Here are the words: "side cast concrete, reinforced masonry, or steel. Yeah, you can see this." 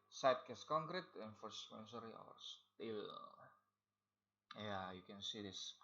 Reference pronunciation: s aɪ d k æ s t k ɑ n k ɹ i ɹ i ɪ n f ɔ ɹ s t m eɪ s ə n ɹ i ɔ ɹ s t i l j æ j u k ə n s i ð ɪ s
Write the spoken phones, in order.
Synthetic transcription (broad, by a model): s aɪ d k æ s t k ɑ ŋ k ɹ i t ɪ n f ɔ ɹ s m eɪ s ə ɹ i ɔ w s t i l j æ j u k ə n s i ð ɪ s